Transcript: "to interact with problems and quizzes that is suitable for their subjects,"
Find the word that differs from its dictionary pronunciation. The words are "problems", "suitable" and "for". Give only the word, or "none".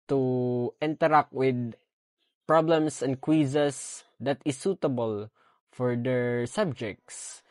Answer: problems